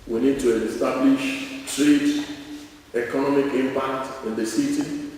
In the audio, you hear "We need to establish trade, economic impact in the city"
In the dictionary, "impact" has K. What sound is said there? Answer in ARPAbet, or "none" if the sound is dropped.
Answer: K